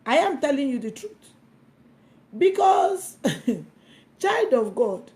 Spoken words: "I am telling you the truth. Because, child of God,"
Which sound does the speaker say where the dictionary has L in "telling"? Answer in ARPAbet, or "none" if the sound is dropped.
L